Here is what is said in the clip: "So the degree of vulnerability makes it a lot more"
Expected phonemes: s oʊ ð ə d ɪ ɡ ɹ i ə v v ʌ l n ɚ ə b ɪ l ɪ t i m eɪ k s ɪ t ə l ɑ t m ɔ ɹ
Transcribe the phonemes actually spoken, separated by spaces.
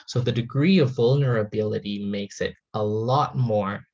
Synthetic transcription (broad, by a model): s oʊ ð ə d ɪ ɡ ɹ i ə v v ʌ l n ɚ ə b ɪ l ɪ t i m eɪ k s ɪ t ə l ɑ t m ɔ ɹ